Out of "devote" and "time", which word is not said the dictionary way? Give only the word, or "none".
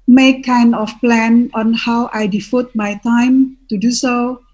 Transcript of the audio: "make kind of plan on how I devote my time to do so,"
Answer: devote